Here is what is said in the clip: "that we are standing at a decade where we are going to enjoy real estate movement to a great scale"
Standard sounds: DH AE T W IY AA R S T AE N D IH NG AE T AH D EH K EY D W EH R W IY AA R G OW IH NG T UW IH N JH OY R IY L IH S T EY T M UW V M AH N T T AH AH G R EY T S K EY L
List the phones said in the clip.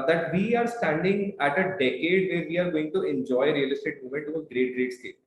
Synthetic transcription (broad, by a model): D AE T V IY AA R S T AE N D IH NG AE T AH D EH K EY D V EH R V IY AA R G OW IH NG T UW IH N JH OY R IY L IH S T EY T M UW M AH N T T AH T G R EY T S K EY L